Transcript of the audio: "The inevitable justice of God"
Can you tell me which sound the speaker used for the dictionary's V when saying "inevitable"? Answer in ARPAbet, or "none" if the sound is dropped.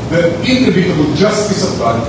B